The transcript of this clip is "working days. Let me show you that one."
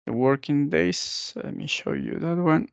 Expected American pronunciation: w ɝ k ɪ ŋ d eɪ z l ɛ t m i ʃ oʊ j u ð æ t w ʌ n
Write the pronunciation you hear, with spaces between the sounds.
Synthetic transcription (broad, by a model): w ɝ k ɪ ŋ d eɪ s l ɛ t m i ʃ oʊ j u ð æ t w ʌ n